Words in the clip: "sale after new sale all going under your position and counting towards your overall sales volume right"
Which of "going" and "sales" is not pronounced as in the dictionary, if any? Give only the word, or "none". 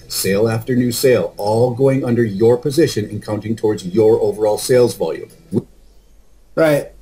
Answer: none